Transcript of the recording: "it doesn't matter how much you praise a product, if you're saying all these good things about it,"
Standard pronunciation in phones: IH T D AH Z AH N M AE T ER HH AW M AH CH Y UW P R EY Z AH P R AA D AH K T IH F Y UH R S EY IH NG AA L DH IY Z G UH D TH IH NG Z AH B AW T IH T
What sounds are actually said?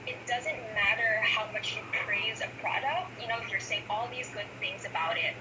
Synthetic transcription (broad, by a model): IH T D AH Z AH N M AE T ER HH AW M AH CH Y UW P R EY Z AH P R AA D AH K T IH F Y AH R S EY IH NG AA L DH IY Z G UH D TH IH NG Z AH B AW T IH T